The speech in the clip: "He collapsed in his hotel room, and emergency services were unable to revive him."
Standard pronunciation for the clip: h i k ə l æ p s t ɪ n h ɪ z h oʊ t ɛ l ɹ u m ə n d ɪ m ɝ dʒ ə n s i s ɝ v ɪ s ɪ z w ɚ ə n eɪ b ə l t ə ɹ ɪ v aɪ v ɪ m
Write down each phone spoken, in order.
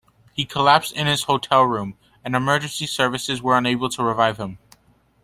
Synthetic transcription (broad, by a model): h i k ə l æ p s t ɪ n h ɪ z h oʊ t ɛ l ɹ u m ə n ɪ m ɝ dʒ ə n s i s ɝ v ɪ s ɪ z w ɚ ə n eɪ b l t ə ɹ ɪ v aɪ v ɪ m